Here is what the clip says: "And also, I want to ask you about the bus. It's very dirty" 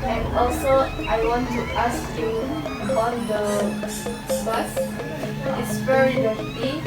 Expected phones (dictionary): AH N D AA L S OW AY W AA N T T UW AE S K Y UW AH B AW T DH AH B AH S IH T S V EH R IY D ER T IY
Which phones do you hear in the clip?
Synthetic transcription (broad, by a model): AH N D AA L S OW AY W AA N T T UW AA S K Y UW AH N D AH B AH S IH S P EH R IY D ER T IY